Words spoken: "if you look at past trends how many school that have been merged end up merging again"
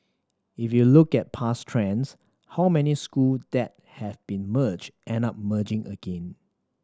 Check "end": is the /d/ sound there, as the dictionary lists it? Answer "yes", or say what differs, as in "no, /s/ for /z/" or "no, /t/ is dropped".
no, /d/ is dropped